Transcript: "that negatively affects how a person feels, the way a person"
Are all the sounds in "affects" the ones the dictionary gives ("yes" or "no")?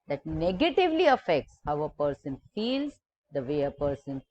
yes